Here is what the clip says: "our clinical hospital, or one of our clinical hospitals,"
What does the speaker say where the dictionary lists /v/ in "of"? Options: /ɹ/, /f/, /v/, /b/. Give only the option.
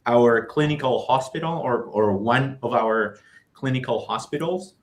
/v/